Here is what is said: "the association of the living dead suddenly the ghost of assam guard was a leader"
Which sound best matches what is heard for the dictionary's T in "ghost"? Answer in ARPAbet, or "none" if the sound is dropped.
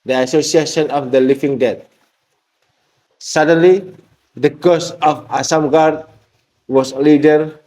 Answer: none